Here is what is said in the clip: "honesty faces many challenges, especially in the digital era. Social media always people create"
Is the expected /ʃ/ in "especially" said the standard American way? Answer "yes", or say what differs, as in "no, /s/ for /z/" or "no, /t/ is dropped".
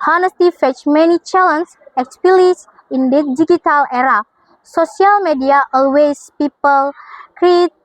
no, /ʃ/ is dropped